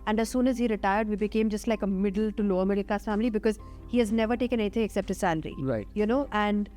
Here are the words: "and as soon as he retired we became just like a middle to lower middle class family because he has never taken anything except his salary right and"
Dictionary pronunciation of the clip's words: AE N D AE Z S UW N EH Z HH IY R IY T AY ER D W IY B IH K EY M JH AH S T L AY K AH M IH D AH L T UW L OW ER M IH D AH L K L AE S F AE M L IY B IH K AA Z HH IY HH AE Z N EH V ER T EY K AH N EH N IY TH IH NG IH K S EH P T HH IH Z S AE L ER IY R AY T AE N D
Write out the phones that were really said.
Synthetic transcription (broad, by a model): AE N D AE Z S UW N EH Z HH IY R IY T AY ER D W IY B IH K EY M JH AH S T L AY K AH M IH D AH L T UW L OW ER M IH D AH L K AA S F AE M L IY B IH K AA Z HH IY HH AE Z N EH V ER T EY K AH N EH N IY T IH NG IH K S EH P T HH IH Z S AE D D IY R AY T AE N D